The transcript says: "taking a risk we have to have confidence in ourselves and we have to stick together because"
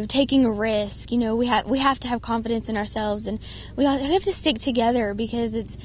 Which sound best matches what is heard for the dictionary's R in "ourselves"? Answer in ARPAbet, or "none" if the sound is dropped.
R